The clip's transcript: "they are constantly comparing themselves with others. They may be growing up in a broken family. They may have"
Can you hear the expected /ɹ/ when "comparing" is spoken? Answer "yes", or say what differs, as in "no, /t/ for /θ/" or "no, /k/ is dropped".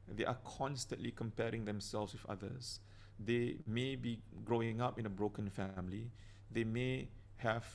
yes